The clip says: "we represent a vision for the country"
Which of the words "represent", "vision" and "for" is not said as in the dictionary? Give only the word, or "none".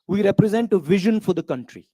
none